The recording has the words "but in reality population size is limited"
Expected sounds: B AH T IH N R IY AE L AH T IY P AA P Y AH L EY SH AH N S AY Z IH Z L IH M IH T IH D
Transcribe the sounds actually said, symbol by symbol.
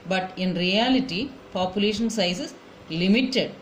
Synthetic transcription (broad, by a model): B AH T IH N R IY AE L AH T IY P AA P Y AH L EY SH AH N S AY S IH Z L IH M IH T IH D